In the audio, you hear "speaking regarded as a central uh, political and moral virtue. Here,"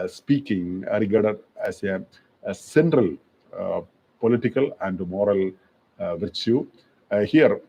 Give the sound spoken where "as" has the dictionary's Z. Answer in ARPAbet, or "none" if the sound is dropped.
S